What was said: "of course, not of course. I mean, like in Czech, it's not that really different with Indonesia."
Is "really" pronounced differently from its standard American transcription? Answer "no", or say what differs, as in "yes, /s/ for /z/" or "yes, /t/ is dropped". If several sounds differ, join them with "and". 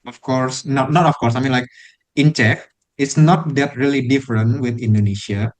no